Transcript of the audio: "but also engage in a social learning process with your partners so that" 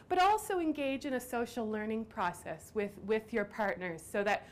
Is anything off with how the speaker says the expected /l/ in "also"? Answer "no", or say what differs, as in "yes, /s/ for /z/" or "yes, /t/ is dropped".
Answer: no